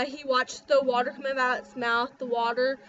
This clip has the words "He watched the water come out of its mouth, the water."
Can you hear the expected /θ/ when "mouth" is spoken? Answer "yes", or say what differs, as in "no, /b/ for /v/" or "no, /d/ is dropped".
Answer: yes